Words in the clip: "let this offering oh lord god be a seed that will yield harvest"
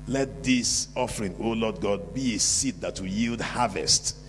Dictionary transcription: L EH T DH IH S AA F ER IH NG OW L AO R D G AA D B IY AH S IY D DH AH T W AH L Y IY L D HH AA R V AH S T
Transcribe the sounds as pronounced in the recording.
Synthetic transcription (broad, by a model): L EH T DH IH S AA F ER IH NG OW L AO D G AA D B IY AH S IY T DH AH T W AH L Y IY L D HH AA V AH S T